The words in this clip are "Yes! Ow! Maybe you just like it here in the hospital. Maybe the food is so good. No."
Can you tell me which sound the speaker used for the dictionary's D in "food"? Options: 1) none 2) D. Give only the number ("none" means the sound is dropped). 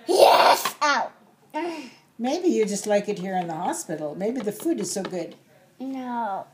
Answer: 2